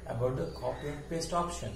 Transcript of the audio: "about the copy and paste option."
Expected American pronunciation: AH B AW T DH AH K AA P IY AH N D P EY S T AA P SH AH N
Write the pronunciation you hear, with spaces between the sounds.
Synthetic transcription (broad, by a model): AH B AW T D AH K AA P IY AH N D P EY S T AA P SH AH N